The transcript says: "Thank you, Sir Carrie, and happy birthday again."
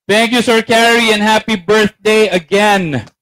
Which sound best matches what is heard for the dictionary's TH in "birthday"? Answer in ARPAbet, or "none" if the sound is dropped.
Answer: TH